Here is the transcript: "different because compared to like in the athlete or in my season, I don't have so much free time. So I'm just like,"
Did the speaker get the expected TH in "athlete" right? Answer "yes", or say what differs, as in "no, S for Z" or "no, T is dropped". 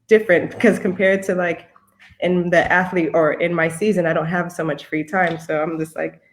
yes